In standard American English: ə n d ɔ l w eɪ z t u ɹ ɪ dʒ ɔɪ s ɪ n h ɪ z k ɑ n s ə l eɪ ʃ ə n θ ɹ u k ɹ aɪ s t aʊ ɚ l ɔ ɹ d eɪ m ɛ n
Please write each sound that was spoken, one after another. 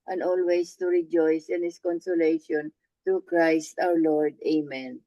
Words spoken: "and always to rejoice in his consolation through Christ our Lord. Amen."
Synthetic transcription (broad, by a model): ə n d ɔ l w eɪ s t u ɹ ɪ dʒ ɔɪ s ɪ n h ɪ s k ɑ n s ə l eɪ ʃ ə n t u k ɹ aɪ s t aʊ ɚ l ɔ ɹ d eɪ m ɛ n